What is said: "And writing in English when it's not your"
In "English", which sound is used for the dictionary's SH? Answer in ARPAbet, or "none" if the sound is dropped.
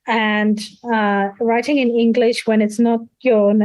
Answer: SH